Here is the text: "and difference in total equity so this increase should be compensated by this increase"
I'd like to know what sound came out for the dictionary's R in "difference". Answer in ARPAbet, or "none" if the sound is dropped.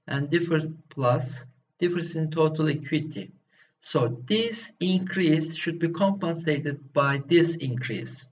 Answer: none